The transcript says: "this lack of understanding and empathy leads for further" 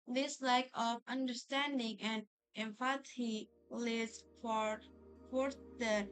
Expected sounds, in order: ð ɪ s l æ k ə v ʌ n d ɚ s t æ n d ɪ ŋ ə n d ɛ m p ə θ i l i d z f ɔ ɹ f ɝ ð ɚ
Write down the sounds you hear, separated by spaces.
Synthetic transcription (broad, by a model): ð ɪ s l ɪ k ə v ʌ n d ɚ s t æ n d ɪ ŋ ə n d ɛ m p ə t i l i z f f ɔ ɹ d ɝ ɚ